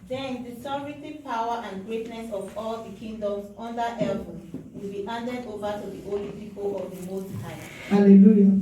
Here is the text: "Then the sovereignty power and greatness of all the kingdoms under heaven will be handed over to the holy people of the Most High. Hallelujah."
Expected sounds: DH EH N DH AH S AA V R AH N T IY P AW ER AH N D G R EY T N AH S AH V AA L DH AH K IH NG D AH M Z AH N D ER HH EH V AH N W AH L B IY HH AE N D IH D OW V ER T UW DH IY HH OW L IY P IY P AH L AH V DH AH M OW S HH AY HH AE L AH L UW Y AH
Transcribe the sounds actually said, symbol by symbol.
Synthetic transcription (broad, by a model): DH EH N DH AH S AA R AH T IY P AW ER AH N G R EY T N AH S AH V AA L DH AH K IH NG D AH M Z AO N D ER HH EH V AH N W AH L B IY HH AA N D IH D OW V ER T UW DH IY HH OW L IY P IY P AH L AH V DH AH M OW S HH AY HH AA L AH L UW Y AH